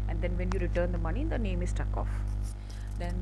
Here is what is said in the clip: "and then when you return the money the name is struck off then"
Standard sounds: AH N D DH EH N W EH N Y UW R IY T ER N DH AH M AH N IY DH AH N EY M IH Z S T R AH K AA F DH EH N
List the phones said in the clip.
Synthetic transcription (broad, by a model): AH N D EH N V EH N Y UW R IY T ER N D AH M AH N IY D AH N EY M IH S T AH K AA F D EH N